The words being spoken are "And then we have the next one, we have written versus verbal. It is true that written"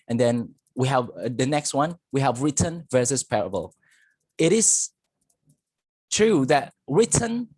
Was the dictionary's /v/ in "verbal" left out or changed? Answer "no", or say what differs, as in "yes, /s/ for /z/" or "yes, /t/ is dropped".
yes, /p/ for /v/